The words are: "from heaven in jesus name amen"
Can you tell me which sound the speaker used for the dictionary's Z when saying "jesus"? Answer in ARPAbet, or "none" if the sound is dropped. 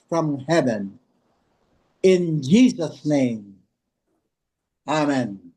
Z